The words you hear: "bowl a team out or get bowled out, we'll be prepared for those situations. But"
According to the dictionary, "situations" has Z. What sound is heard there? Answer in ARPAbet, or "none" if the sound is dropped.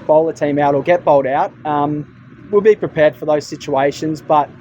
Z